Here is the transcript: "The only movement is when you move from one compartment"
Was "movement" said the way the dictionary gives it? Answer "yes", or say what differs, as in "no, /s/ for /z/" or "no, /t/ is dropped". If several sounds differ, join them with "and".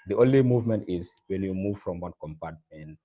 yes